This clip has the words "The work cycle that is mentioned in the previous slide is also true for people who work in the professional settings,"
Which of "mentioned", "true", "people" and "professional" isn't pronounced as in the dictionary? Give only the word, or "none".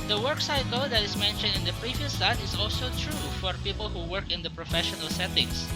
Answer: none